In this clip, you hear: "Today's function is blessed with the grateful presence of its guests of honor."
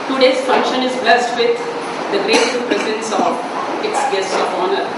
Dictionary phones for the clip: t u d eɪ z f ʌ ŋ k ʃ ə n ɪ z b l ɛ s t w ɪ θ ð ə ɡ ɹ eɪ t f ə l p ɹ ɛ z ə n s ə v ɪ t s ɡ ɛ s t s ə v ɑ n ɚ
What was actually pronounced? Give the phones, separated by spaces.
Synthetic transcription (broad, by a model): t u d eɪ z f ʌ ŋ k ʃ ə n ɪ z b l ɛ s t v ɪ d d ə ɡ ɹ eɪ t ə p ɹ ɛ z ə n s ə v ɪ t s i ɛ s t ə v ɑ n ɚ